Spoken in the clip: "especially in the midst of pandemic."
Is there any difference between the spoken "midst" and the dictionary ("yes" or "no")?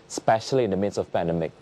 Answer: yes